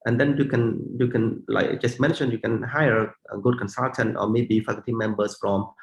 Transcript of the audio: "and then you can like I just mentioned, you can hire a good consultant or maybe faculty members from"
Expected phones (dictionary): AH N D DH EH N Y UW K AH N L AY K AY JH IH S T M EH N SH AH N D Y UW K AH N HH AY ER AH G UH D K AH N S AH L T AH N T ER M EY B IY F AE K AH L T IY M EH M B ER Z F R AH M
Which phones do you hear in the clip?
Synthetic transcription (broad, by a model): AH N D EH N Y UW K AH N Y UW K AY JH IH S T M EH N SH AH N Y UW K AH N HH AY ER AH G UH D K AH N S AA L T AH N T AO M EY B IY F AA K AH T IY M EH M B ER S F R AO M